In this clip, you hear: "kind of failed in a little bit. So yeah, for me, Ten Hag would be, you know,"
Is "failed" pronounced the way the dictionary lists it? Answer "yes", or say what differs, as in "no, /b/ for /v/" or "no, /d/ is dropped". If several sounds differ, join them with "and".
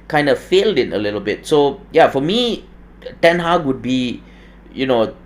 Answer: yes